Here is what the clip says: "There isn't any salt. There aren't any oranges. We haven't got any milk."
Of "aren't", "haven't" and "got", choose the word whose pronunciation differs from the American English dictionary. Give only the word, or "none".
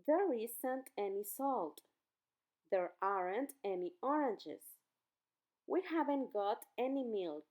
none